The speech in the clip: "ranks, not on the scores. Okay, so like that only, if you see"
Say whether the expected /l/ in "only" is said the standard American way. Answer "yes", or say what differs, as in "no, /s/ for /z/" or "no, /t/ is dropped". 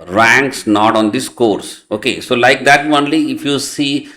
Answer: yes